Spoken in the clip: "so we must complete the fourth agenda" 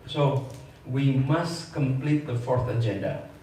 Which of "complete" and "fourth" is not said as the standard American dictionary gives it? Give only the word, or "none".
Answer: none